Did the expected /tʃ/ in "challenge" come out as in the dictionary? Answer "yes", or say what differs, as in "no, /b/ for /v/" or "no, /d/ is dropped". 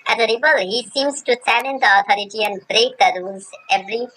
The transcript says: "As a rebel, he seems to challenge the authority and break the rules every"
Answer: no, /s/ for /tʃ/